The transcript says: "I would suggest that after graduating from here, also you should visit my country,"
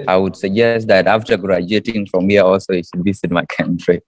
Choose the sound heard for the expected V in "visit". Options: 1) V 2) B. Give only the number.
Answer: 2